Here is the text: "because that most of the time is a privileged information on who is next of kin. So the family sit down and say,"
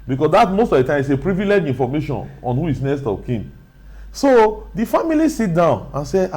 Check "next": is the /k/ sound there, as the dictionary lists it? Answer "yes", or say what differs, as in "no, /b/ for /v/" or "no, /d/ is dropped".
no, /k/ is dropped